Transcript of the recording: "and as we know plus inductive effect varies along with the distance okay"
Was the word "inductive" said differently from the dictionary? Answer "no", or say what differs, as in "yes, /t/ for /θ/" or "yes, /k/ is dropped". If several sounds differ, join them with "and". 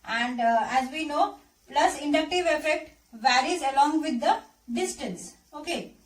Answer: no